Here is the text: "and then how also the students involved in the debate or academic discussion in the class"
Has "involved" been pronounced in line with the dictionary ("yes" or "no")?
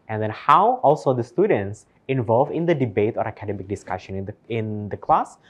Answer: no